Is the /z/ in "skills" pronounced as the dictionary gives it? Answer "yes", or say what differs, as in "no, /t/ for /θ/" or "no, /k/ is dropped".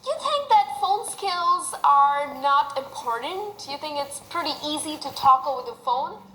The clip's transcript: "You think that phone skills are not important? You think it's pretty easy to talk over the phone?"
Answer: yes